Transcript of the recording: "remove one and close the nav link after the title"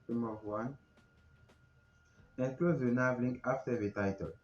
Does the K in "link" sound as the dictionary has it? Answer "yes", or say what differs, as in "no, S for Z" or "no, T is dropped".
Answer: no, K is dropped